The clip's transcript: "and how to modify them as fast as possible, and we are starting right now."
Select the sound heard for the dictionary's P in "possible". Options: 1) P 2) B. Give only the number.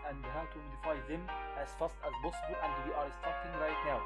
2